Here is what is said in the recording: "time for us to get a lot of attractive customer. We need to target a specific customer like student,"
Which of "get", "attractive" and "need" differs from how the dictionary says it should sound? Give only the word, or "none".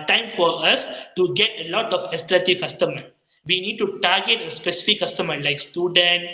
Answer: attractive